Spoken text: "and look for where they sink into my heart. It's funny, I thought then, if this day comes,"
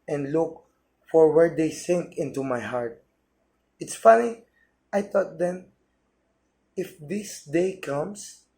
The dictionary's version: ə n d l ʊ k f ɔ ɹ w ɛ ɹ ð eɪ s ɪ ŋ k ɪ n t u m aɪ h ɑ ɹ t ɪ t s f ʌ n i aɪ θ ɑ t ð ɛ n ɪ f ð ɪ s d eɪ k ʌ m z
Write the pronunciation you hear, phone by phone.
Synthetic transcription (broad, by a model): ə n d l ʊ k f ɔ ɹ w ɛ ɹ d eɪ s ɪ ŋ k ɪ n t u m aɪ h ɑ ɹ t ɪ t s f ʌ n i aɪ t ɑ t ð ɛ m ɪ f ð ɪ s d eɪ k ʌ m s